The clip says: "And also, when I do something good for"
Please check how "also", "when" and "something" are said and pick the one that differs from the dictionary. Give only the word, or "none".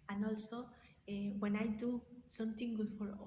something